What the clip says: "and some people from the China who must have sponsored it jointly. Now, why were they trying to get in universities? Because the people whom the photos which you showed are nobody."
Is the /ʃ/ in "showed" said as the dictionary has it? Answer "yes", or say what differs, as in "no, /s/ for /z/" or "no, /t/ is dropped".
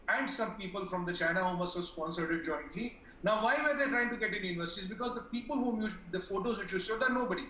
no, /s/ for /ʃ/